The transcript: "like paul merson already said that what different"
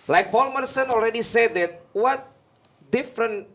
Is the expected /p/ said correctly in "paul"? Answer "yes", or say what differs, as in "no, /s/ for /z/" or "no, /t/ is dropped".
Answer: no, /b/ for /p/